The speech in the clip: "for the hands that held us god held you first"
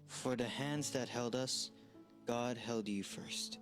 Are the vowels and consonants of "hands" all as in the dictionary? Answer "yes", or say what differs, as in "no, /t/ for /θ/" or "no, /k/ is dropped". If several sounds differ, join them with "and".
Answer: yes